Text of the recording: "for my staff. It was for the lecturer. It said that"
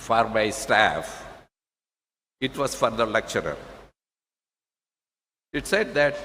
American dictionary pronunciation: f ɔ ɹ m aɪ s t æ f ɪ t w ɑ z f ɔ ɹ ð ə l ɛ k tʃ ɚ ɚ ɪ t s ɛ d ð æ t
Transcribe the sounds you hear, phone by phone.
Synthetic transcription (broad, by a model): f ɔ ɹ m aɪ s t æ f ɪ t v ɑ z f ɔ ɹ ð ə l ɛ k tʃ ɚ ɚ ɪ t s ɛ d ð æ t